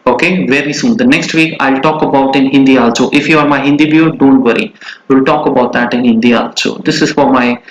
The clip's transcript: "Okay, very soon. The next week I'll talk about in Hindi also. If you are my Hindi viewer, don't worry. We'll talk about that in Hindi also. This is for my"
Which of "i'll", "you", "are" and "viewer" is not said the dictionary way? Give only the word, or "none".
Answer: viewer